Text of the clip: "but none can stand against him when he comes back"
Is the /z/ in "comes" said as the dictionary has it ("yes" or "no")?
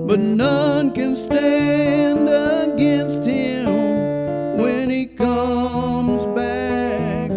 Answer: yes